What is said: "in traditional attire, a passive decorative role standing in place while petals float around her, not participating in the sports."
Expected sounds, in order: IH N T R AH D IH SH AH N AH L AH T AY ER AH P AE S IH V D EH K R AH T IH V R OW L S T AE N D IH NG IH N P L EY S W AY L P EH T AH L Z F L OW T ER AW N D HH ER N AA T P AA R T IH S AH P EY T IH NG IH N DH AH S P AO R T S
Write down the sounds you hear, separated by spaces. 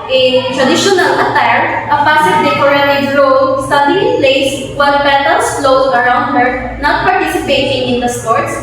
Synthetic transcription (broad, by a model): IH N T R AH D IH SH AH N AH L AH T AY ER AH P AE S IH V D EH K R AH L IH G R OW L S T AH D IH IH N P L EY S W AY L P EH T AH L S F L OW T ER AW N D HH ER N AA T P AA R T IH S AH P EY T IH NG IH N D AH S P AO R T S